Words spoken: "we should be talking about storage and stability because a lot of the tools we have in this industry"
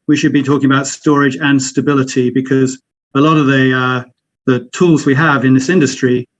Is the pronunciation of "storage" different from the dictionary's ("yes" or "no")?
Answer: no